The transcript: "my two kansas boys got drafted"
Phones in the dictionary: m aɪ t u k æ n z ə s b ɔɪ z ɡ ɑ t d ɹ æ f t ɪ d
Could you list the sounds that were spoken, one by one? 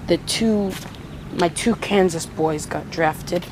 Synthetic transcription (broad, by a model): m aɪ t u k æ n z ə s b ɔɪ z ɡ ɑ t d ɹ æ f t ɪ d